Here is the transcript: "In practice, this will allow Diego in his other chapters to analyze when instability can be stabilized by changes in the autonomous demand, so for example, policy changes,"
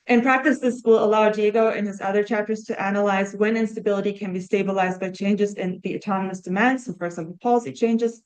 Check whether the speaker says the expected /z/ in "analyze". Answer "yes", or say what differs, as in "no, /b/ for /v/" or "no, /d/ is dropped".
yes